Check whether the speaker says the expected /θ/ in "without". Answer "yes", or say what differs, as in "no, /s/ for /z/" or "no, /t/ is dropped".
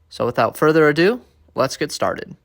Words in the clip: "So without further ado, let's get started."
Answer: yes